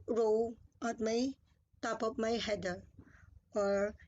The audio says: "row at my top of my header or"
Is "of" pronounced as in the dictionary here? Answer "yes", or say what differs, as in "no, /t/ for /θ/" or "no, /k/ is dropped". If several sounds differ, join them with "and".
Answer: no, /p/ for /v/